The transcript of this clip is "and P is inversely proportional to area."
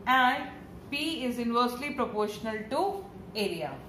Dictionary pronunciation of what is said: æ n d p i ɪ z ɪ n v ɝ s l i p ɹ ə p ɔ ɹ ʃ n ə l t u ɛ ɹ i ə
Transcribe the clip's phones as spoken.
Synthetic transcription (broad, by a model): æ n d p i ɪ z ɪ n v ɝ s l i p ɹ ə p ɔ ɹ ʃ n ə l t u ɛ ɹ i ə